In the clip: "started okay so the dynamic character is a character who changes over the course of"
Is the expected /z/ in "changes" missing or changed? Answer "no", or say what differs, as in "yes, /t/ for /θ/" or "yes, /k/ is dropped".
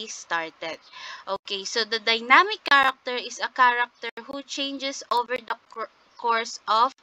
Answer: yes, /s/ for /z/